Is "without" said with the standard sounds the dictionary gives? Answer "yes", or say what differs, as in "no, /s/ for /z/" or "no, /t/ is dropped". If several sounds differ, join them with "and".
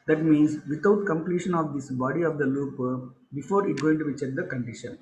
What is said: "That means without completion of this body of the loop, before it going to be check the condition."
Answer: no, /t/ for /θ/